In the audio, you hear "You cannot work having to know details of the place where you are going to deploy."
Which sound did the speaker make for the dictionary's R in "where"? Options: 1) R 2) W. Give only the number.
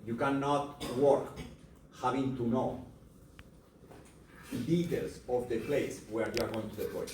1